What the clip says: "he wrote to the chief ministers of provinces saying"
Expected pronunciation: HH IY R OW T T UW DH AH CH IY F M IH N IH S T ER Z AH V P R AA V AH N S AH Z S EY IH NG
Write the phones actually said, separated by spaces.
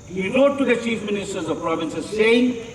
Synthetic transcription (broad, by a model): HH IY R OW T T UW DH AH CH IY F M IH N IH S T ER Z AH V P R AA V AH N S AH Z S EY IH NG